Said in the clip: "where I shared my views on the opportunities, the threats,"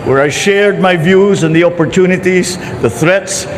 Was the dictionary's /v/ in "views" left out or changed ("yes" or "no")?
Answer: no